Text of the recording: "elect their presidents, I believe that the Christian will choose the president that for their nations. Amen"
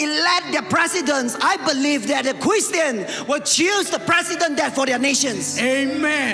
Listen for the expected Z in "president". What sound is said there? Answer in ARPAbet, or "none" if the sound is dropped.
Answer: S